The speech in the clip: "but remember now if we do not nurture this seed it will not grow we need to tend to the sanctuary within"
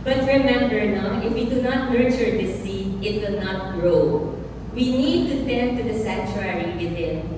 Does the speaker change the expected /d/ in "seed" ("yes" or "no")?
yes